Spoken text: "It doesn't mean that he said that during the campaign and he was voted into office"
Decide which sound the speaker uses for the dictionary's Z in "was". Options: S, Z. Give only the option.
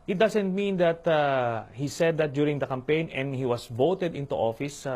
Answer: S